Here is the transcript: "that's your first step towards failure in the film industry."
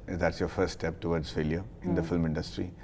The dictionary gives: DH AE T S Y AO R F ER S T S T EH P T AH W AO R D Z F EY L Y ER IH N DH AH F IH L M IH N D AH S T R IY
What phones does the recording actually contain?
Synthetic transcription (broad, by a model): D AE T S Y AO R F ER T S T EH P T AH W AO R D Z F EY L Y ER IH N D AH F IH L M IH N D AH S T R IY